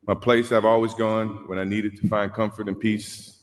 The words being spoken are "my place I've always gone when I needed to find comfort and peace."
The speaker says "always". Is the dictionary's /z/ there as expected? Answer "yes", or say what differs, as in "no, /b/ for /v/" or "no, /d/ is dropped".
yes